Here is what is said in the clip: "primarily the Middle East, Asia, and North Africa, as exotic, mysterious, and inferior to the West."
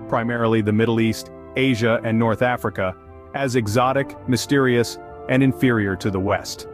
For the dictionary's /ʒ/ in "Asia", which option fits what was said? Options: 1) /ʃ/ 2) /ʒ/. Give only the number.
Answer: 2